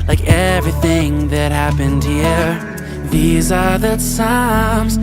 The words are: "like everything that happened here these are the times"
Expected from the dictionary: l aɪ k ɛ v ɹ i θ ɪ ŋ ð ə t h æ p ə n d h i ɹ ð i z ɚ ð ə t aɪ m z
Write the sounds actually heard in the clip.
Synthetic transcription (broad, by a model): l aɪ k ɛ v ɹ i θ ɪ ŋ ð ə t h æ p ə n d h i ɹ ð i z ɚ ð ə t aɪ m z